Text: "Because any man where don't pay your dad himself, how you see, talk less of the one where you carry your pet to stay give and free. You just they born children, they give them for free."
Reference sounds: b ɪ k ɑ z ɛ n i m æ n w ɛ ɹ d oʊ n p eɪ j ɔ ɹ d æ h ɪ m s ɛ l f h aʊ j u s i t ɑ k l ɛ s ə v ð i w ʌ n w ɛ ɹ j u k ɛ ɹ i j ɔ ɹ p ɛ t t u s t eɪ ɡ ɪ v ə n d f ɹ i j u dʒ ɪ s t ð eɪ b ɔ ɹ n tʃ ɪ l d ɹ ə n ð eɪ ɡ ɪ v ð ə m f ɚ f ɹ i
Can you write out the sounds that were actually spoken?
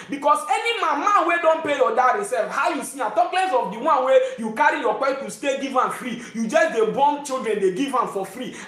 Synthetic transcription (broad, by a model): b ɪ k ɑ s ɛ n i m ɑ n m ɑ w d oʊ n p eɪ j ɔ d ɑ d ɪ s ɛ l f h aʊ j u s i t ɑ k l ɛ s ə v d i w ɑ n w ɛ j u k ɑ ɹ i j ɔ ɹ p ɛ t t u s t eɪ ɡ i v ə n f ɹ i j u dʒ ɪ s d eɪ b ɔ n tʃ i l d ɹ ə n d eɪ ɡ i v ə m f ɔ f ɹ i